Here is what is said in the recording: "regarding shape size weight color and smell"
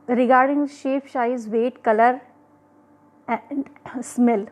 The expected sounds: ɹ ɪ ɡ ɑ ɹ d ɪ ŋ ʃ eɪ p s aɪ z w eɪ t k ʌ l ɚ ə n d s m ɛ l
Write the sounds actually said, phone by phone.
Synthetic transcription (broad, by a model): ɹ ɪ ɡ ɑ ɹ d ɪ ŋ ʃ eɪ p ʃ aɪ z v eɪ t k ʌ l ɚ ə d s m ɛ l